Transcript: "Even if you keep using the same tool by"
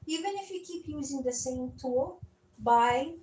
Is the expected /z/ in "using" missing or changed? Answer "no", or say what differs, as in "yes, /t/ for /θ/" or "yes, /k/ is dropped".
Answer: no